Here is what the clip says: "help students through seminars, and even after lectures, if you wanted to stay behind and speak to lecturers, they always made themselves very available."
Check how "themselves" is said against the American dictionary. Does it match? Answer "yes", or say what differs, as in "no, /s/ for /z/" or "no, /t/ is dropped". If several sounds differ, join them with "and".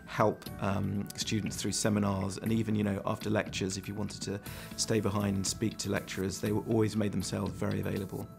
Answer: yes